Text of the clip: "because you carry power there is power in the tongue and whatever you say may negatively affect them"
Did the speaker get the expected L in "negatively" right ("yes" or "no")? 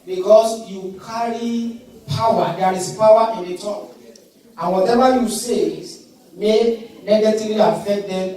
no